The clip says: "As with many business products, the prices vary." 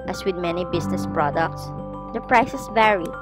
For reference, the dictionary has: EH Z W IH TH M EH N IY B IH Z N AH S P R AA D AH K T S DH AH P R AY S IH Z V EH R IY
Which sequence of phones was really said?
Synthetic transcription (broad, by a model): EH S W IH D M EH N IY B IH S N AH S P R AA D AH K T S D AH P R AY S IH S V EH R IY